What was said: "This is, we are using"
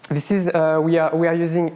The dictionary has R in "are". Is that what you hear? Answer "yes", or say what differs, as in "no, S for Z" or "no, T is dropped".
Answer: no, W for R